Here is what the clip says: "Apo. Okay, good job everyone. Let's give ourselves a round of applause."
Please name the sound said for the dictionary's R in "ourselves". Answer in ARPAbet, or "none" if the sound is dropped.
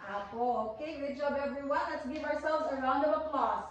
R